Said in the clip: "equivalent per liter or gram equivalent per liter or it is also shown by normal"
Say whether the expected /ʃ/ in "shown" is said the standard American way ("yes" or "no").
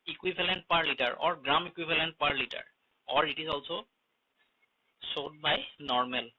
no